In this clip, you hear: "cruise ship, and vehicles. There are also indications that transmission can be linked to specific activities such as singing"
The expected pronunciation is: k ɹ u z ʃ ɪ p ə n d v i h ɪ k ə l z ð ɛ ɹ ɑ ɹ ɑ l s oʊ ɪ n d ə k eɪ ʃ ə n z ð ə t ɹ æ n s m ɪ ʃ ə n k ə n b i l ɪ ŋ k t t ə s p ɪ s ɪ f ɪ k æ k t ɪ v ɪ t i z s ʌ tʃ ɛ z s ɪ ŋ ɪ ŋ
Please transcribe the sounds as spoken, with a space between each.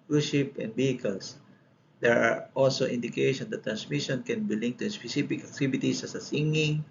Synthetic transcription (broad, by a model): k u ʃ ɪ p ə n d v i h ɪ k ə l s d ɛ ɹ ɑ ɹ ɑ l s oʊ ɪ n d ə k eɪ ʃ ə n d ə t ɹ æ n s m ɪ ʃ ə n k ə n b i l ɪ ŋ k t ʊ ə s p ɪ s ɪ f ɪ k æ k t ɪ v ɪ t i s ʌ s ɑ s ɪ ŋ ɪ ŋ